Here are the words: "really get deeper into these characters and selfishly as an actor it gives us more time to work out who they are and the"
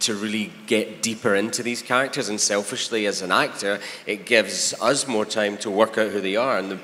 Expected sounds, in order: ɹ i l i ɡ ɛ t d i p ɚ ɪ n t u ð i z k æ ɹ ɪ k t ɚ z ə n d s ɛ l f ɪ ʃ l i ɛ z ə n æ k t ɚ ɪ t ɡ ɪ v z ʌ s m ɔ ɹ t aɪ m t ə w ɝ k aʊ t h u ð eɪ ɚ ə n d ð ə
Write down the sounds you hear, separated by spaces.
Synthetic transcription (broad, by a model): ɹ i l i ɡ ɛ t d i p ɚ ɪ n t u ð i z k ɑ ɹ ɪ k t ɚ z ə n s ɛ l f ɪ ʃ l i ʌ z ə n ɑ k t ɚ ɪ t ɡ ɪ v z ʌ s m ɔ ɹ t aɪ m t ə w ɝ k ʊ t h u ð eɪ ɚ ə n ð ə